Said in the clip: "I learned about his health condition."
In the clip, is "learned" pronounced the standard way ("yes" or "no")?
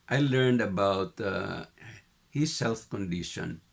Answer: yes